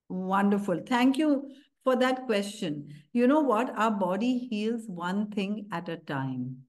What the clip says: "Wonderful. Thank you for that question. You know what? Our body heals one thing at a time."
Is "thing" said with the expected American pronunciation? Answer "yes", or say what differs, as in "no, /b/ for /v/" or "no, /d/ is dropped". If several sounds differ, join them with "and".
no, /t/ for /θ/